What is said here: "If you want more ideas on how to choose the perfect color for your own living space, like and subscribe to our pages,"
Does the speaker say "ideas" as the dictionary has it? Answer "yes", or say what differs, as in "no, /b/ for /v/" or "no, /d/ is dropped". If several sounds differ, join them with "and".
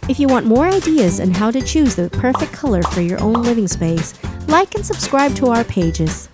yes